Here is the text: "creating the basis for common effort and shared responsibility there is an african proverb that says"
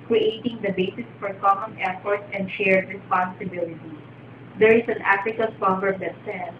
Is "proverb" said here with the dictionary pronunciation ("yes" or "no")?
no